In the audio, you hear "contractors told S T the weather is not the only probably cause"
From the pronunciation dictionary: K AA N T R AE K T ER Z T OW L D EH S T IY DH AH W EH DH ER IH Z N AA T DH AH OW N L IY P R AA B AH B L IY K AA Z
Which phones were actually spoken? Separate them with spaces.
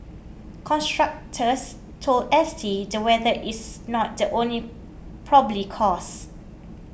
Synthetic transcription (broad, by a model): K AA N T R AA K T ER S T OW L D EH S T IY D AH W EH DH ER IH S N AA T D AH OW N L IY P R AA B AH L IY K AA S